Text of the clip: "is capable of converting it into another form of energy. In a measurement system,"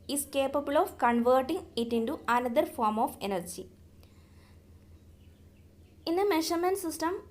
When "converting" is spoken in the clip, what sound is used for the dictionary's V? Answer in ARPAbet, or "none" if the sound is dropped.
V